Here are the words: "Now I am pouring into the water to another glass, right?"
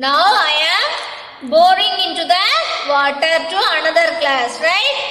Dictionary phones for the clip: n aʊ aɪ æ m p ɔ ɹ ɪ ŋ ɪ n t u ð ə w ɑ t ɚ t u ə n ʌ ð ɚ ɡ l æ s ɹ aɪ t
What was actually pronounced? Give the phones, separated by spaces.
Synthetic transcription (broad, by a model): n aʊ aɪ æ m b ɔ ɹ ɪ ŋ ɪ n t u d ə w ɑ t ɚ t u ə n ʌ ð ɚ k l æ s ɹ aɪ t